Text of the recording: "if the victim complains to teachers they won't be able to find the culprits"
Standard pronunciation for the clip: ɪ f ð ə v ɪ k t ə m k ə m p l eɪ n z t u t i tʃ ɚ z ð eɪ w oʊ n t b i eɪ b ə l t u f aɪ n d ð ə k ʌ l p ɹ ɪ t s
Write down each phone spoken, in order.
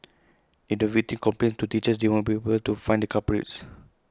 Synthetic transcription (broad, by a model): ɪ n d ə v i t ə k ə m p l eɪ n t u t i tʃ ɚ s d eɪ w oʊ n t b i eɪ b ə l t u f aɪ n d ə k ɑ p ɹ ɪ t s